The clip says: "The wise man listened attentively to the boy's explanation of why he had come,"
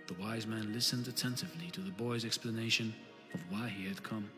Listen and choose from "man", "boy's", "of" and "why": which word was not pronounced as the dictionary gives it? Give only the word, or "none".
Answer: none